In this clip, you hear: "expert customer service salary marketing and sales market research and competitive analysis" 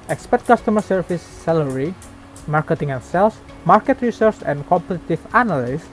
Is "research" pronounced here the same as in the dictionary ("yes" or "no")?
no